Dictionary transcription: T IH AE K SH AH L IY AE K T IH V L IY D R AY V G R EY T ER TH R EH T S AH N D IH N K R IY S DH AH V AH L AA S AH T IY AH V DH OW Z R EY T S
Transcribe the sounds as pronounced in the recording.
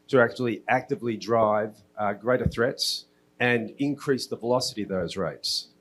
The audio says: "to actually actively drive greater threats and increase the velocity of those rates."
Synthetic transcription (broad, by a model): T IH AE K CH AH L IY AE K T IH V L IY D R AY V G R EY T ER TH R EH T S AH N IH N K R IY S DH AH V AH L AA S AH T IY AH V DH OW Z R EY T S